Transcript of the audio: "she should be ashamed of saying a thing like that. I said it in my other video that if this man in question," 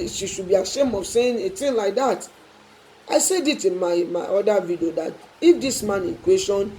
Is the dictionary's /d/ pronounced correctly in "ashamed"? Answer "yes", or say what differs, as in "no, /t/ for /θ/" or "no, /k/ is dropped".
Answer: no, /d/ is dropped